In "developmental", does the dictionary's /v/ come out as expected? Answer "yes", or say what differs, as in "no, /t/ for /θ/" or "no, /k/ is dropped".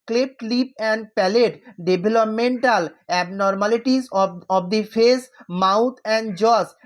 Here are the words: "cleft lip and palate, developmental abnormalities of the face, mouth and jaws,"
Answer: no, /b/ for /v/